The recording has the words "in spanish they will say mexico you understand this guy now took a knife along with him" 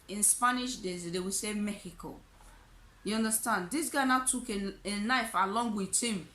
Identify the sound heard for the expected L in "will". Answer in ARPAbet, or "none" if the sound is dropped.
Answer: W